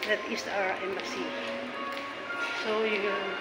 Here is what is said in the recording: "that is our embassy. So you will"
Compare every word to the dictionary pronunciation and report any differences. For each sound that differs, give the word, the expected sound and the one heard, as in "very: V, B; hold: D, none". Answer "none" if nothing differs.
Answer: is: Z, S